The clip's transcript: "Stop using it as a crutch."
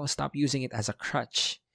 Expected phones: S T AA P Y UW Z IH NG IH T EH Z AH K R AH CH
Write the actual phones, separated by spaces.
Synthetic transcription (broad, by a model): S T AA P Y UW Z IH NG IH T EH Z AH K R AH CH